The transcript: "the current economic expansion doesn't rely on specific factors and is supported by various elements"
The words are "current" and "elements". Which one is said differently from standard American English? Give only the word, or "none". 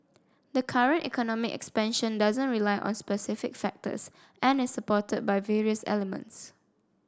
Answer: none